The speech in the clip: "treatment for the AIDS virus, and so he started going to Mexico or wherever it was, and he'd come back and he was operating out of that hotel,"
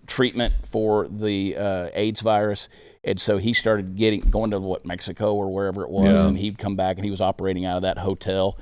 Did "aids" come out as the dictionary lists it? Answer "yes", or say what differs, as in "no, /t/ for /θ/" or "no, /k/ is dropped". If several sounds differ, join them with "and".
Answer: yes